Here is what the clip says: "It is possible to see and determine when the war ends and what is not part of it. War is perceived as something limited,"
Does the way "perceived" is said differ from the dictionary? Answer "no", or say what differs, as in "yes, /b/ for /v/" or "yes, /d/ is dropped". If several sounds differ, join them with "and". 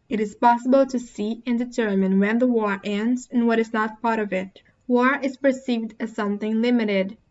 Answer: no